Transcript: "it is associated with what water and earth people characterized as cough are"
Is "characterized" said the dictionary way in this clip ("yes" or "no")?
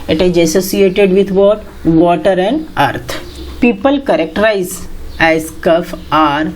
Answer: no